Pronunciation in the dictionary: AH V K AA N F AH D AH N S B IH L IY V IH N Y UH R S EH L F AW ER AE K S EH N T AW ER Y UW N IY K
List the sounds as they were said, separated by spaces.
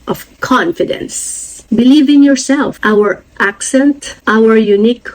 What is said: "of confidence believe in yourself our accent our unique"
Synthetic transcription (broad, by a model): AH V K AA N F AH D AH N S B IH L IY V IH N Y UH R S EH L F AW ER AE K S EH N T AW ER Y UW N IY K